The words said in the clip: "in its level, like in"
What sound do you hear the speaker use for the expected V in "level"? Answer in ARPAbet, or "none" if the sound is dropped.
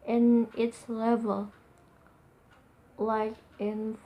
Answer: V